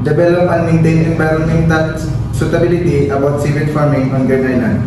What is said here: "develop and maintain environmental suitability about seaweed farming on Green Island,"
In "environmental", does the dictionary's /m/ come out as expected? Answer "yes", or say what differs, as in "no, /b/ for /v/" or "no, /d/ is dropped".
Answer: no, /m/ is dropped